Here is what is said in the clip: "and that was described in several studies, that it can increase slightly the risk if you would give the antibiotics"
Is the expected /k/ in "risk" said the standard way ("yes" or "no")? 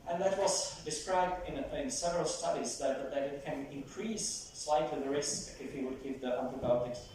no